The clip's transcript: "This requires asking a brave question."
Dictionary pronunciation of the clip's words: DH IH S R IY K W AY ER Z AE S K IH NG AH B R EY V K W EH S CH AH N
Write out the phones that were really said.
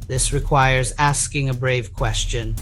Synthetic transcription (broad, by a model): DH IH S R IY K W AY ER Z AE S K IH NG AH B R EY V K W EH S CH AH N